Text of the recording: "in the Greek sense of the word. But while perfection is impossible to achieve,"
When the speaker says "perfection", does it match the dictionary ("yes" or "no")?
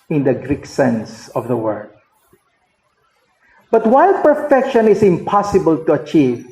yes